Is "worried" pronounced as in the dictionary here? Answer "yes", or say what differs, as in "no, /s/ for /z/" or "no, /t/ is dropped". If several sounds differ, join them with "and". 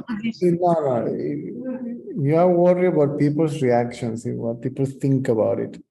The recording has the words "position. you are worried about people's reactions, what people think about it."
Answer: no, /d/ is dropped